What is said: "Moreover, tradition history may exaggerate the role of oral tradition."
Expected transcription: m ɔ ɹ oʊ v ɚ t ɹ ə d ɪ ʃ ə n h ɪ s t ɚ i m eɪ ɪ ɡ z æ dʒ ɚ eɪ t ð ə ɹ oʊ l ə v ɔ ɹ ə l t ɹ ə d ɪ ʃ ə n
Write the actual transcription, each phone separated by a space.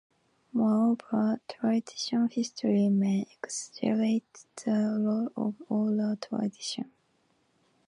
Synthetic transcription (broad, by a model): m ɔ ɹ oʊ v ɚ t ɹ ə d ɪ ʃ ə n h ɪ s t ɚ i m eɪ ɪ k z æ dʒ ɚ eɪ t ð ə l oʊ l ə v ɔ l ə t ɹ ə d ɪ ʃ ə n